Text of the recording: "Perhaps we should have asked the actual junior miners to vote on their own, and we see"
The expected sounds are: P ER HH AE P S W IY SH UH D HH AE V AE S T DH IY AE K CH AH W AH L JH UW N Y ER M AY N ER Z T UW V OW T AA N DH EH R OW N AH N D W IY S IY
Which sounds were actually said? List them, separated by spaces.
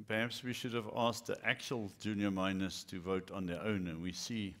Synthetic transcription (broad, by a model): P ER HH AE P S W IY SH UH D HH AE V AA S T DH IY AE K CH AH AH L JH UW N Y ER M AY N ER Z T UW V OW T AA N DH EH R OW N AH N W IY S IY